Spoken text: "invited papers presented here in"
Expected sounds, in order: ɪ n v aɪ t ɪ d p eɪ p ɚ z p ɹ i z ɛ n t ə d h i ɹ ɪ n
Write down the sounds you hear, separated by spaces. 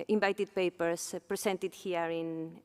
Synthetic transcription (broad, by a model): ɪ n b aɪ t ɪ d p eɪ p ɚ s p ɹ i s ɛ n t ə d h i ɹ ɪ n